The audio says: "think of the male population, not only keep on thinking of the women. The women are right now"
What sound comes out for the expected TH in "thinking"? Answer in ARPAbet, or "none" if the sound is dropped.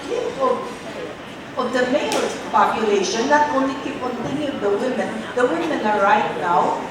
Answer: T